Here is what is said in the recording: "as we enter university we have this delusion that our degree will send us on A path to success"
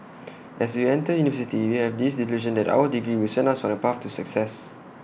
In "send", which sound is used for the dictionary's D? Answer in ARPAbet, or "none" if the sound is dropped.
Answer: none